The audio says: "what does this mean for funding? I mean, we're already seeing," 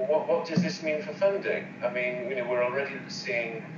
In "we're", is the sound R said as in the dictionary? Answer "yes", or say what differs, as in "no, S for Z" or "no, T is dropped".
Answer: no, W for R